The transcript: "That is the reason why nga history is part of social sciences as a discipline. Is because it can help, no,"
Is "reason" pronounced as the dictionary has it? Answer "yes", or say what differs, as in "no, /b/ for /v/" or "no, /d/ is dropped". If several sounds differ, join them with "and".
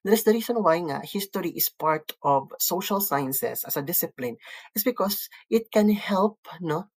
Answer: no, /s/ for /z/